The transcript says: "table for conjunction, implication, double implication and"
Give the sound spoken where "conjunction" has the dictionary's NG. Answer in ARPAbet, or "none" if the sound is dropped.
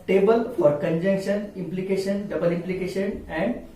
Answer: NG